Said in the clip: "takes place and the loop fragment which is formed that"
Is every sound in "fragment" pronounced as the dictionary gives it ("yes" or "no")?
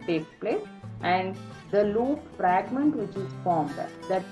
yes